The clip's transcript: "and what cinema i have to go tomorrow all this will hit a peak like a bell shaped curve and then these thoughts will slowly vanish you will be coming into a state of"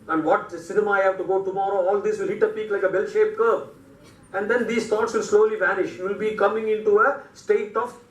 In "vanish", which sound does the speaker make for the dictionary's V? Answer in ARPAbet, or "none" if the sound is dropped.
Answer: V